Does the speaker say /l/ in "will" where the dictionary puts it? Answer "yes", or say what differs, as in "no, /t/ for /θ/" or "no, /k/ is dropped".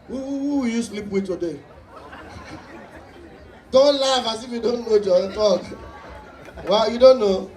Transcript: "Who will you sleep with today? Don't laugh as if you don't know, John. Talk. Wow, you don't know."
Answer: no, /w/ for /l/